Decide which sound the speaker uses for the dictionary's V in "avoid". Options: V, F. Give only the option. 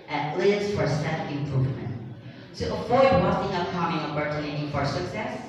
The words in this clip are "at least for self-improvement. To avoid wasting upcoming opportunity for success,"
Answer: F